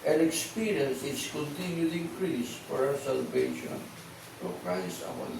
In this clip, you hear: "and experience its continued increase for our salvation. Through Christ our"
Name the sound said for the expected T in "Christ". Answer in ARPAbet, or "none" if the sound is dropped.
none